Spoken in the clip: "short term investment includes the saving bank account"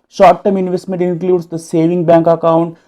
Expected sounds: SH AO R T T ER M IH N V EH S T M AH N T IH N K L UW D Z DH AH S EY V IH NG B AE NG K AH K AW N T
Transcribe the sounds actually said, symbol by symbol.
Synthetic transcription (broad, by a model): SH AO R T T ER M IH N V EH S T M AH N T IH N K L UW D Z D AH S EY V IH NG B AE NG K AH K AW N T